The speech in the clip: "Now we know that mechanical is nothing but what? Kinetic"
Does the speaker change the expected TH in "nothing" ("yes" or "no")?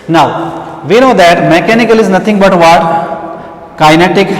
yes